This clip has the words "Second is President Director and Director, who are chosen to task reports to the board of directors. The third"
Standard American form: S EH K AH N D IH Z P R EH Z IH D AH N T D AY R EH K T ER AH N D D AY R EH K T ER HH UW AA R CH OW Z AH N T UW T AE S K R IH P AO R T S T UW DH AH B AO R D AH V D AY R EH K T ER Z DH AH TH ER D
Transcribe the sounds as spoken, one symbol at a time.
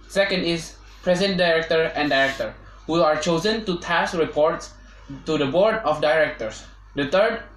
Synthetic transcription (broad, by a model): S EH K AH N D IH Z P R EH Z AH N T D AY R EH K T ER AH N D D AY R EH K T ER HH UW AA R CH OW Z AH N T UW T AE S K R IH P AO R T S T UW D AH B AO R D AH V D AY R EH K T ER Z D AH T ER D